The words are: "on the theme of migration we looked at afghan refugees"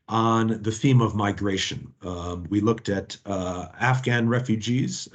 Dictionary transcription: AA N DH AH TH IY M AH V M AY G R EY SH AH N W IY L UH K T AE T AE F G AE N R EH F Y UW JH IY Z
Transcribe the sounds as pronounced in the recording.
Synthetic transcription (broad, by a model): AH N DH AH TH IY M AH V M AY G R EY SH AH N W IY L UH K T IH T AE F G AE N R EH F Y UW JH IY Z